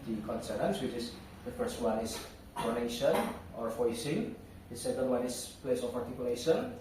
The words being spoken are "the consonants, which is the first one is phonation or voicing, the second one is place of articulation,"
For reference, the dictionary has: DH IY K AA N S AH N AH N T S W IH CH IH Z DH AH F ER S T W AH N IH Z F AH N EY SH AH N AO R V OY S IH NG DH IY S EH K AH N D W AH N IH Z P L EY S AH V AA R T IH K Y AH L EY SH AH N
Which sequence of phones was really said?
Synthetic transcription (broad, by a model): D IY K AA N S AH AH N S W IH CH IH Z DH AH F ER S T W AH N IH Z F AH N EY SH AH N AO R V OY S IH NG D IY S EH K AH N D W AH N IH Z P L EY S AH P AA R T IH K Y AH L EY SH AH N